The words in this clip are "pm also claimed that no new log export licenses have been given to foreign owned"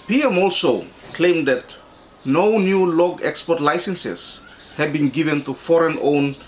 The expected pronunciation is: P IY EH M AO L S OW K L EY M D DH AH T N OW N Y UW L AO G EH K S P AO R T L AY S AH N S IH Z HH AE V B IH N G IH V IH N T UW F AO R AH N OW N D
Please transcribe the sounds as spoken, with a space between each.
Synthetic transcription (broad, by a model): P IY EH M AO L S OW K L EY M D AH T N OW N Y UW L AO G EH K S P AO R T L AY S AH N S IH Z HH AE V B IH N G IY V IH N T UW F AO R AH N OW N